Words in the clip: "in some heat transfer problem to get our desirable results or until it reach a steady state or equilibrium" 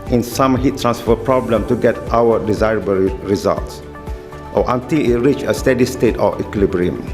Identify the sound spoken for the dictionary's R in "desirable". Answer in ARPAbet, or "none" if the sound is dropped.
R